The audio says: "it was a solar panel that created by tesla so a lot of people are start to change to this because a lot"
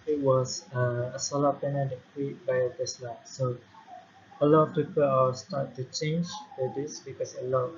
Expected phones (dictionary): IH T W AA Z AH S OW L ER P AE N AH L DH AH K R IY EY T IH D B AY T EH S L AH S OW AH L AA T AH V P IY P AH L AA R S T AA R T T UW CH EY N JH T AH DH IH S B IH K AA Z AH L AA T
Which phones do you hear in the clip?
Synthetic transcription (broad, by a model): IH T W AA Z AH S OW L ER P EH N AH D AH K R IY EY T B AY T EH S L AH S OW AH L AA T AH F P IY P AH L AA W S T AA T T UW CH EY N JH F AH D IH S B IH K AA S AH L AA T